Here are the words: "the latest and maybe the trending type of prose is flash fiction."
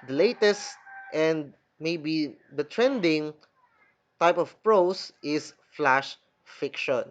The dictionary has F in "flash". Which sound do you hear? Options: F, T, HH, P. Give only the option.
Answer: F